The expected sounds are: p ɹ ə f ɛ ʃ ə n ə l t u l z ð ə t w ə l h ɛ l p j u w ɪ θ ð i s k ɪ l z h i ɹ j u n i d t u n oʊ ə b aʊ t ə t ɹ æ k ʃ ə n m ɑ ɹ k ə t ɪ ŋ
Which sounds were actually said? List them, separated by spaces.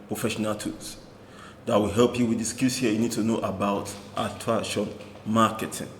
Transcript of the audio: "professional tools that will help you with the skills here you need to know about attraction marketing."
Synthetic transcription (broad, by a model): p ɹ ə f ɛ ʃ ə n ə l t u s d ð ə t w ə l h ɛ l p j u w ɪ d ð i s k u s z h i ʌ j u n i d t u n oʊ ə b aʊ t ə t ɑ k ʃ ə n m ɑ k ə t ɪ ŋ